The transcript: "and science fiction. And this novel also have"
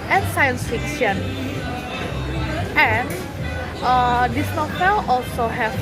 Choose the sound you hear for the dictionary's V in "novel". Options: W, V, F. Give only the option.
F